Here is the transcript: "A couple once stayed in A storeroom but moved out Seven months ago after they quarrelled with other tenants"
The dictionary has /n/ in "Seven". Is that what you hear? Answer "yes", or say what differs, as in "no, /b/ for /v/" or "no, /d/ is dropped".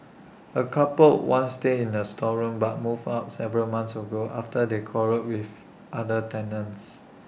no, /l/ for /n/